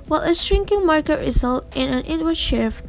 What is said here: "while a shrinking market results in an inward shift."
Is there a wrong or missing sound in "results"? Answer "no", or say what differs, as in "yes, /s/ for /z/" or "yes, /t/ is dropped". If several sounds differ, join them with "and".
yes, /s/ is dropped